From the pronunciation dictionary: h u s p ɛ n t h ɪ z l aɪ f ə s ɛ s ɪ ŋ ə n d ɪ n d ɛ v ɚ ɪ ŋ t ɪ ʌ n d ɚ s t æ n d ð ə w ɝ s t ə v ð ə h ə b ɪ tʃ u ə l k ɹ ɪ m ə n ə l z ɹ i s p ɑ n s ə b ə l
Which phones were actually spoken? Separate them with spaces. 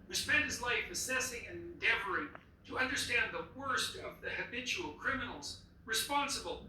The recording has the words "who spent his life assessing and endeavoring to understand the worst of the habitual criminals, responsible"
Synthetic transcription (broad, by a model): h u s p ɛ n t h ɪ z l aɪ f ə s ɛ s ɪ ŋ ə n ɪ n d ɛ v ɚ ɪ ŋ t ɪ ʌ n d ɚ s t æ n ð ə w ɝ s t ə v ð ə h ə b ɪ tʃ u l k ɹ ɪ m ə n l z ɹ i s p ɑ n s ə b l